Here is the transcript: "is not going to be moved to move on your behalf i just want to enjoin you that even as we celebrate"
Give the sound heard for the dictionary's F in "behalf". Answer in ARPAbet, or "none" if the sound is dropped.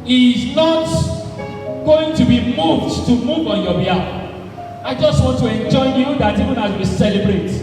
none